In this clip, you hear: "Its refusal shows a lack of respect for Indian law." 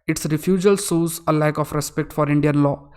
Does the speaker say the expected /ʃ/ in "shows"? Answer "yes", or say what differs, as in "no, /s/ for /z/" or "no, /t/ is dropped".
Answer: no, /s/ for /ʃ/